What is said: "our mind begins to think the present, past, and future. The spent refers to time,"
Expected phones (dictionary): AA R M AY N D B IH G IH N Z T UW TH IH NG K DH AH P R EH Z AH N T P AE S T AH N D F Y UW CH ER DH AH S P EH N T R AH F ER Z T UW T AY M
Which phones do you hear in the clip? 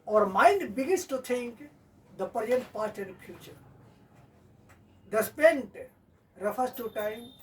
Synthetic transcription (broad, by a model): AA R M AY N D B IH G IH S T T UW T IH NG K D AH P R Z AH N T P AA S T AH N D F Y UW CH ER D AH S P EH N T R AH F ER S T UW T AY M